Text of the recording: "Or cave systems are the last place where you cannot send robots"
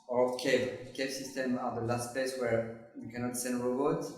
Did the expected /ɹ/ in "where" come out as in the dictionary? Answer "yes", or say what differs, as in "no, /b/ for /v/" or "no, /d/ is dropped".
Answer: yes